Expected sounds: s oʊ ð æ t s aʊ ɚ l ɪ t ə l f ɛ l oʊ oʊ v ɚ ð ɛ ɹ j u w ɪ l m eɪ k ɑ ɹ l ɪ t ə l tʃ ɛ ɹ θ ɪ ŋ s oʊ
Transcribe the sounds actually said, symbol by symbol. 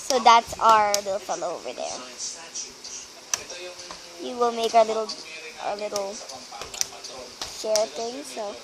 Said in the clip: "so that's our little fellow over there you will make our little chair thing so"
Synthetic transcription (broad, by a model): s oʊ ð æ t s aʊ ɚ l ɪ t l f ɛ l oʊ oʊ v ɚ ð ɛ ɹ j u w ɪ l m eɪ k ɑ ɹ l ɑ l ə l ʃ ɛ ɹ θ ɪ ŋ s oʊ